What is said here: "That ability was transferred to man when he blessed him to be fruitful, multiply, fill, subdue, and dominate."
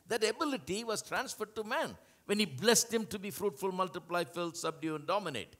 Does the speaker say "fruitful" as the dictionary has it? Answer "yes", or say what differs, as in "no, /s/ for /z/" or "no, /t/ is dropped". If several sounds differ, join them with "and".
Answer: yes